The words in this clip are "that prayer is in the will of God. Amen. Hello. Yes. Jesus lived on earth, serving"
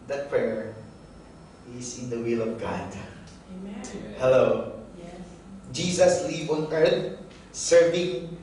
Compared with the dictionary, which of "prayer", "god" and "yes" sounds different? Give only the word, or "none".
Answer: yes